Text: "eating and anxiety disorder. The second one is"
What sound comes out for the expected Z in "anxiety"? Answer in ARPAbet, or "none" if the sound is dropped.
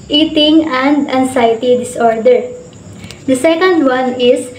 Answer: S